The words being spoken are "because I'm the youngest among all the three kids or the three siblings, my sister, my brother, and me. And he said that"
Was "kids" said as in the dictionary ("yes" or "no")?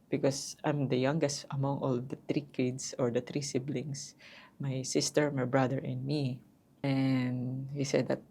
no